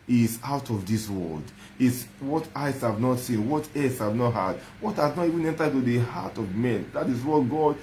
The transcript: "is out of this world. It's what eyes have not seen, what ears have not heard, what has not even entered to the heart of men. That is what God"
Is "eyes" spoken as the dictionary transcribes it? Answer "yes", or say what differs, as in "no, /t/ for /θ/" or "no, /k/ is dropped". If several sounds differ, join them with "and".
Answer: no, /s/ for /z/